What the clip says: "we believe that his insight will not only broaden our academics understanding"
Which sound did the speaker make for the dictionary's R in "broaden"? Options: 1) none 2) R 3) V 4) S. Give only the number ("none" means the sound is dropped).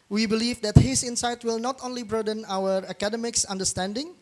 2